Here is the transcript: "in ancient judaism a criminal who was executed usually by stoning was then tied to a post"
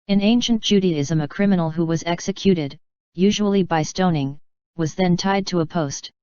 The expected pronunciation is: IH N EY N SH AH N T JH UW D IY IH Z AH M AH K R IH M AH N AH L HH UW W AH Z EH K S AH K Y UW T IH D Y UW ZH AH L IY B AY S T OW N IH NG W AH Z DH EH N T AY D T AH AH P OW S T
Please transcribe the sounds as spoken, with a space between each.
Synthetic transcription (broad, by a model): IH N EY N SH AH N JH UW D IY IH Z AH M AH K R IH M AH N L HH UW W AH Z EH K S AH K Y UW T IH D Y UW ZH AH L IY B AY S T OW N IH NG W AH Z DH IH N T AY D T AH AH P OW S T